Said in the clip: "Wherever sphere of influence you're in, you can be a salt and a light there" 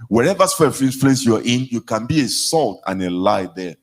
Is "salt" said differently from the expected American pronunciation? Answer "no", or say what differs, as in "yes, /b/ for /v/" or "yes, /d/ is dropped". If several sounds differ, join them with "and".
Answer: no